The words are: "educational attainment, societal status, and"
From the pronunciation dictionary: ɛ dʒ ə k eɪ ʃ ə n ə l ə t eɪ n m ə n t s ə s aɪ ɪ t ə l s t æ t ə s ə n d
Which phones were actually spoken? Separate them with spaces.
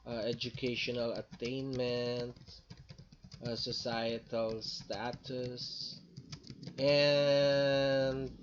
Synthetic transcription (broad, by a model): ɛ dʒ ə k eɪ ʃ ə n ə l ə t eɪ n m ə n t s ə s aɪ ɪ t ə l s t æ t ə s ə n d